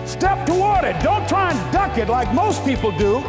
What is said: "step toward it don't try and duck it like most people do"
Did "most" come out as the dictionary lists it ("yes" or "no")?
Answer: yes